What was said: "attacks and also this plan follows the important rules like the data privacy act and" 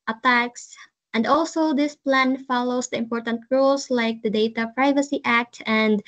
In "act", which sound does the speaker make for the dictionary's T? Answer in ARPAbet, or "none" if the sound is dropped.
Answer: T